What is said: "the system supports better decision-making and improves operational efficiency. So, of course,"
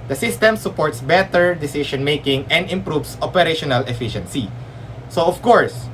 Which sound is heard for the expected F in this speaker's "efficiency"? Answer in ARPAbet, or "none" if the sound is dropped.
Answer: F